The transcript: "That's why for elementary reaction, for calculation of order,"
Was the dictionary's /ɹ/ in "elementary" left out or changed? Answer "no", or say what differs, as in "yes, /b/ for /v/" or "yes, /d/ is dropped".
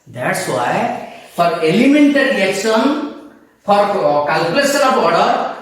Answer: yes, /ɹ/ is dropped